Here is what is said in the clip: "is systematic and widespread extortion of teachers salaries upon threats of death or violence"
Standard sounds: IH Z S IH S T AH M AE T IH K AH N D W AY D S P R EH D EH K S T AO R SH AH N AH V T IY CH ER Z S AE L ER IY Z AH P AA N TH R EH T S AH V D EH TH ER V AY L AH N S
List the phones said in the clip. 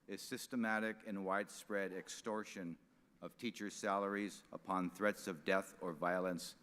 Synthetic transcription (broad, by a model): IH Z S IH S T AH M AE T IH K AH N W AY D S P R EH D EH K S T AO R SH AH N AH V T IY CH ER Z S AE L ER IY Z AH P AA N TH R EH T S AH V D EH TH ER V AY L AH N S